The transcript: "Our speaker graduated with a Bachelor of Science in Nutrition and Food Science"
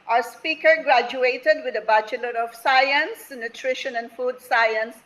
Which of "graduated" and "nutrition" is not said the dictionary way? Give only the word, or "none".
none